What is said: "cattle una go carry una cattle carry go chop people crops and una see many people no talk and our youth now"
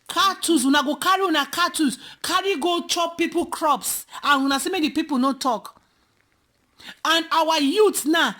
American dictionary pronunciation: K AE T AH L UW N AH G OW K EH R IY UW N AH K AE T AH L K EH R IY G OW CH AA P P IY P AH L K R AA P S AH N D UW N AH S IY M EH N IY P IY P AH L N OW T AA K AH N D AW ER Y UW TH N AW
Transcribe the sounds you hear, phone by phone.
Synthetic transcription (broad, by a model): K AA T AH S UW N AH G OW K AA R IY UW N AH K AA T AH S K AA R IY G OW CH AA P P IY P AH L K R AA P S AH N UW N AH S IY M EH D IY P IY P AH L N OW T AA K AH N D AW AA Y UW T N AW